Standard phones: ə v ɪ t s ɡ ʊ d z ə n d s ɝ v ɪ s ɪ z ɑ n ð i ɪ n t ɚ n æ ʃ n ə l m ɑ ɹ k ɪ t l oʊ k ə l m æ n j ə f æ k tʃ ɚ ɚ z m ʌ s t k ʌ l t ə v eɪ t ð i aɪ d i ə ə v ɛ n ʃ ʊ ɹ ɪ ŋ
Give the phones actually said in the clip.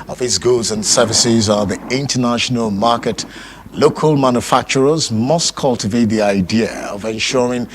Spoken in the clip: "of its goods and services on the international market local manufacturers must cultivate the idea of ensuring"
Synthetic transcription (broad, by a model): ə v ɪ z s ɡ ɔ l z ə n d s ɝ v ɪ s ɪ z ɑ ð i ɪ n t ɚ n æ ʃ n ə l m ɑ ɹ k ɪ t l oʊ k ə l m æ n j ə f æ k tʃ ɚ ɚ z m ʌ s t k ʌ l t ə v eɪ t ð i aɪ d i ə ə v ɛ n ʃ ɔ ɹ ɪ ŋ